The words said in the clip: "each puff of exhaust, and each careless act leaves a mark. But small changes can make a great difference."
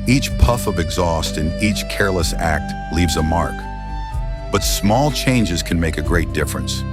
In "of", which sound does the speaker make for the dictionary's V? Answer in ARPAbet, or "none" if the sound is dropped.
V